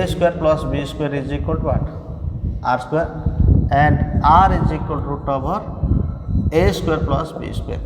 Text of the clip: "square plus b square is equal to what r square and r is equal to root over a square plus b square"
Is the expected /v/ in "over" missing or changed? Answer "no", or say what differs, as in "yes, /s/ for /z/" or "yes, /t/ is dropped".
yes, /b/ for /v/